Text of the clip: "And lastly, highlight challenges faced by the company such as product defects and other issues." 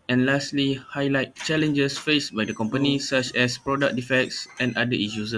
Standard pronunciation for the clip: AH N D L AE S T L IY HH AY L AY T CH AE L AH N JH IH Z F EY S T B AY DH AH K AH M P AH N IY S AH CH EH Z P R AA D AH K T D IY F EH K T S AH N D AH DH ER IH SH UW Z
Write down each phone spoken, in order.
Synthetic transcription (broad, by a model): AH N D L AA S T L IY HH AY L AY T CH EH L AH N JH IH S F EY S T B AY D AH K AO M P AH N IY S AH CH EH S P R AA D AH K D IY F EH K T S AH N D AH IY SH UW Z